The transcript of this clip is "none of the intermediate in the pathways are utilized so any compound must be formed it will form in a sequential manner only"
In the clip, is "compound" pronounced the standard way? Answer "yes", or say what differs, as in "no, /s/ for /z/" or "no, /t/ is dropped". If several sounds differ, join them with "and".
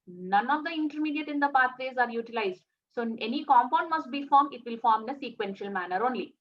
yes